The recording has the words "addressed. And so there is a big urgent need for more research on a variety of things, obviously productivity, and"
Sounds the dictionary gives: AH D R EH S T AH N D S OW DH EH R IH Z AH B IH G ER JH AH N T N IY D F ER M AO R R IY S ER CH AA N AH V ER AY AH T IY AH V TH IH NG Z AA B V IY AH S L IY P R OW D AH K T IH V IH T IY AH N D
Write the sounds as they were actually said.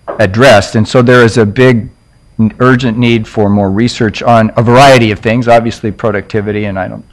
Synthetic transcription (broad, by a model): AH D R EH S T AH N S OW DH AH R IH Z AH B IH G ER JH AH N N IY D F ER M AO R R IY S ER CH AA N AH V ER AY AH T IY AH V TH IH NG Z AA B V IY AH S L IY P R OW D AH K T IH V IH T IY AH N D